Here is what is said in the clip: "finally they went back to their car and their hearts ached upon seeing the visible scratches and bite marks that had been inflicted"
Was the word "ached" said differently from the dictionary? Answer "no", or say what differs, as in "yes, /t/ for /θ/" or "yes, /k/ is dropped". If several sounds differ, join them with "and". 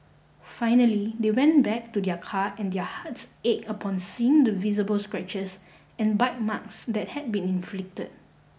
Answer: yes, /t/ is dropped